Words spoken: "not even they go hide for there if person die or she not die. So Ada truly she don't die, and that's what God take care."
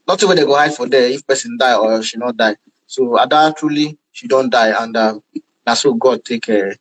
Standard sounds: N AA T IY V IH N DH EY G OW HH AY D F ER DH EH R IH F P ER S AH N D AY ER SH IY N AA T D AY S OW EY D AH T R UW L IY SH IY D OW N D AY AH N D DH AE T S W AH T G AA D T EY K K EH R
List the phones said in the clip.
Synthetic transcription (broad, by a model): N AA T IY W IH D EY G OW HH AY D F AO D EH IH F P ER S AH N D AY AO SH IY N AA T D AY S OW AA D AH T R UW L IY SH IY D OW N D AY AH N D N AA S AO G AA D T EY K K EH